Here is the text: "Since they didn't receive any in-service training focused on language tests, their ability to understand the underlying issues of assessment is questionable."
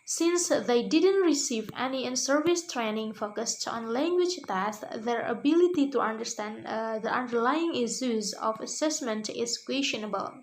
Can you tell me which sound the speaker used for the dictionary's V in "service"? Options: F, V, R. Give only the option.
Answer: V